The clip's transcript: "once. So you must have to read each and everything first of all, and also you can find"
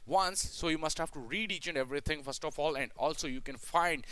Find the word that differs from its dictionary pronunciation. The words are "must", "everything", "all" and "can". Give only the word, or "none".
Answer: everything